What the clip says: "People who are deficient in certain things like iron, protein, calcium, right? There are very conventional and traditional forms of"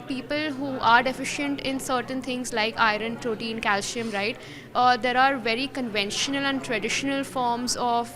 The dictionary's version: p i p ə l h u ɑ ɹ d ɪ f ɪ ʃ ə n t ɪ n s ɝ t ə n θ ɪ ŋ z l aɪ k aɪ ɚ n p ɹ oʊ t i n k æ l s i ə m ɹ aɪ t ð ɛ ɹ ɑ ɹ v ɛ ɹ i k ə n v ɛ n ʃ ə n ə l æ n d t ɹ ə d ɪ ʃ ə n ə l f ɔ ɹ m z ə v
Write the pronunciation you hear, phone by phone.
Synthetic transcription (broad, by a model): p i p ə l h u ɑ ɹ d ɪ f ɪ ʃ ə n t ɪ n s ɝ t ə n t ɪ ŋ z l aɪ k aɪ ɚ n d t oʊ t i n k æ l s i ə m ɹ aɪ t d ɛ ɹ ɑ ɹ v ɛ ɹ i k ə n v ɛ n ʃ ə n ə l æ n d t ɹ ə d ɪ ʃ ə n ə l f ɔ ɹ m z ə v